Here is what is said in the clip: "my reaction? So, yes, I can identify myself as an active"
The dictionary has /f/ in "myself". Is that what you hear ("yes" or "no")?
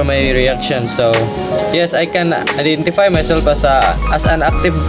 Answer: no